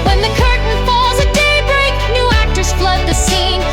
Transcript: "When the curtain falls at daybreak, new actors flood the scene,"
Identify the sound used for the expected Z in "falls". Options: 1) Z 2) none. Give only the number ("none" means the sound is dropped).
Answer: 1